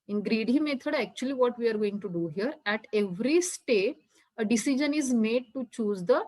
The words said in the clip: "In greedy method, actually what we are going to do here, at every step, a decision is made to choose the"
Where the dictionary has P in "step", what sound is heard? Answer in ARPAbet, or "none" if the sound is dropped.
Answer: none